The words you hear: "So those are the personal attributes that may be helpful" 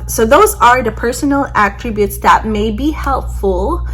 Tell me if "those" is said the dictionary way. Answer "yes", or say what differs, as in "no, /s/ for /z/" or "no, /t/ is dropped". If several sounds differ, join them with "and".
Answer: yes